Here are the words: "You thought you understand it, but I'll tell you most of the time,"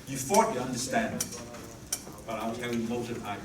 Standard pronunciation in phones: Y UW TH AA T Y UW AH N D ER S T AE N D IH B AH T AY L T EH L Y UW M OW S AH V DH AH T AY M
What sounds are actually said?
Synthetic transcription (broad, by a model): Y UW F AA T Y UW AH N D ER S T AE N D IH B AH T AY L T EH L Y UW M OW AH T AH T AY